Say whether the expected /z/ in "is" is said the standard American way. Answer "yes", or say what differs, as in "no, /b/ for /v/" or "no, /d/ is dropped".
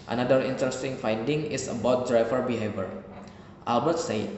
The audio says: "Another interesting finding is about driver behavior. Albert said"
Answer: no, /s/ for /z/